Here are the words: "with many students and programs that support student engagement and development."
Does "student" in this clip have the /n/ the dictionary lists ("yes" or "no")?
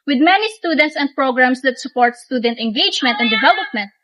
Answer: yes